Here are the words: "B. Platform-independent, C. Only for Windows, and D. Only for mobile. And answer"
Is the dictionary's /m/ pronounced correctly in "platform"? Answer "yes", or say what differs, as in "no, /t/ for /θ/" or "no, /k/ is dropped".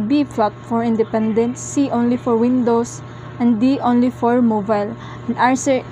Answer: no, /m/ is dropped